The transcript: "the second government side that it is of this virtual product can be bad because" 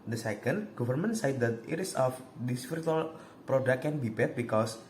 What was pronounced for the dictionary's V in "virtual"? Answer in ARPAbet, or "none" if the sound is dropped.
P